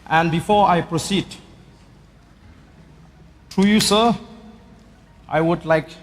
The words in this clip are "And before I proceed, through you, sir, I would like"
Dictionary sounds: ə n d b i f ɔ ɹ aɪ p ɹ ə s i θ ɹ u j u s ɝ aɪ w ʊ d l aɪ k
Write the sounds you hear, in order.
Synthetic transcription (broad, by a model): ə n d b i f ɔ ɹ aɪ p ɹ ə s i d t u j u s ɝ aɪ w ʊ d l aɪ k